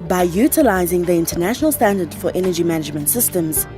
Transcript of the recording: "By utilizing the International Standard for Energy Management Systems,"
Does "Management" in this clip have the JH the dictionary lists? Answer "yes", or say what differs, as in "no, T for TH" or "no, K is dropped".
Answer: yes